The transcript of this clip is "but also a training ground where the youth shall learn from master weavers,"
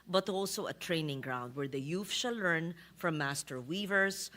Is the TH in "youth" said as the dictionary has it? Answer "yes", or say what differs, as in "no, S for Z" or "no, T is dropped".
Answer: no, F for TH